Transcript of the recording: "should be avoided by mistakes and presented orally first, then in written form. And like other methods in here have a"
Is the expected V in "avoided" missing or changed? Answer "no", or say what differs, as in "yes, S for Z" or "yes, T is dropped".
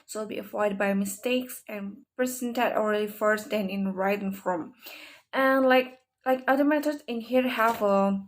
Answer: yes, F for V